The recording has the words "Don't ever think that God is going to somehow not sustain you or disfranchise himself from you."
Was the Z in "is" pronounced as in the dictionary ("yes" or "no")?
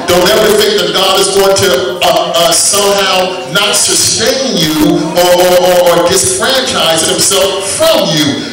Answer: yes